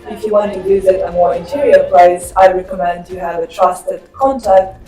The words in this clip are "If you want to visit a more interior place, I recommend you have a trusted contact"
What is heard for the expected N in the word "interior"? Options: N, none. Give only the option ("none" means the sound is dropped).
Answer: N